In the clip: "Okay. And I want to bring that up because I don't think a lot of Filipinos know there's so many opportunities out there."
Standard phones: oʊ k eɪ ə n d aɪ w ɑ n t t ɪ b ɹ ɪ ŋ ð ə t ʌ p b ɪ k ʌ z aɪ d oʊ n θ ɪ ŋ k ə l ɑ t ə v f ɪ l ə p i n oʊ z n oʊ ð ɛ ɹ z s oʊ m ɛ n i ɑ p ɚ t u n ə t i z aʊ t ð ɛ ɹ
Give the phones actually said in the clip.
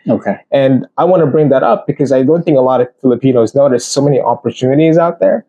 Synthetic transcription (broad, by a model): oʊ k eɪ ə n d aɪ w ɑ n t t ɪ b ɹ ɪ ŋ ð ə t ʌ p b ɪ k ʌ z aɪ d oʊ n θ ɪ ŋ k ə l ɑ t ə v f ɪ l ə p i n oʊ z n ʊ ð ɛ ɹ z s oʊ m ɛ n i ɑ p ɚ t u n ə t i z aʊ t ð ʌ ɹ